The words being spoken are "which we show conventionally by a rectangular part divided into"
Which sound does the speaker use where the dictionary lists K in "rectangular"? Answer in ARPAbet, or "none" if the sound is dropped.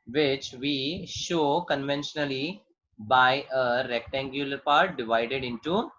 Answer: K